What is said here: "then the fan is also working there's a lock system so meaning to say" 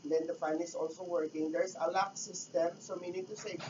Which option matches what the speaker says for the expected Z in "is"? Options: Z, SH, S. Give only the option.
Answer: S